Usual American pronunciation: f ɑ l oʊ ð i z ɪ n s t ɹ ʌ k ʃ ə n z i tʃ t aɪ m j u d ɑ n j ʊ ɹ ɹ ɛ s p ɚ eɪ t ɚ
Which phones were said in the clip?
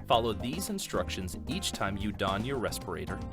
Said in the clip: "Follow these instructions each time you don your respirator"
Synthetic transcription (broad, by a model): f ɑ l oʊ ð i z ɪ n s t ɹ ʌ k ʃ ə n z i tʃ t aɪ m j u d ɑ n j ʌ ɹ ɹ ɛ s p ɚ eɪ t ɚ